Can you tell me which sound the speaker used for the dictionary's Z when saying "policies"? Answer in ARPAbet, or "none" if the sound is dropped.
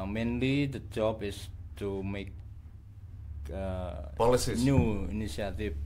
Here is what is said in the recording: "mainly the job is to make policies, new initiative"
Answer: none